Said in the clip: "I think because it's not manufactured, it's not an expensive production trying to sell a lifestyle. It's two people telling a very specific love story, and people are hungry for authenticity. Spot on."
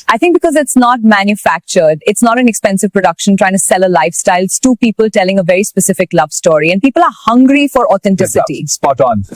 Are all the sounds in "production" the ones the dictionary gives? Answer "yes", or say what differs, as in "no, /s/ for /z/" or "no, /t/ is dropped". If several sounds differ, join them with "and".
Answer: yes